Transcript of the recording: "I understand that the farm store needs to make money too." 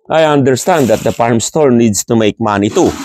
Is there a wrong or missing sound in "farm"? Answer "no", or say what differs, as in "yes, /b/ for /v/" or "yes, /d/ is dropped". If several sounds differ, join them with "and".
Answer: yes, /p/ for /f/